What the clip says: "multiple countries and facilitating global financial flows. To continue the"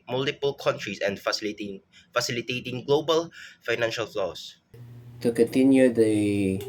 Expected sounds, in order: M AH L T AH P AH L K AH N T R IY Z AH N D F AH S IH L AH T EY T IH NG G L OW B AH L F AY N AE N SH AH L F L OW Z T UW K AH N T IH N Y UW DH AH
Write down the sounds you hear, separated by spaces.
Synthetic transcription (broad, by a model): M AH L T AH P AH L K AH N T R IY S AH N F F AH S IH L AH T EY T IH NG G L OW B AH L F AY N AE N SH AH L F L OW S T UW K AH N T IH N Y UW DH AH